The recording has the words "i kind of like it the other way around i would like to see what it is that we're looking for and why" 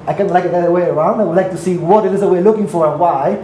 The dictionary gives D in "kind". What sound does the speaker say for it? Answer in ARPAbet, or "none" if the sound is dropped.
none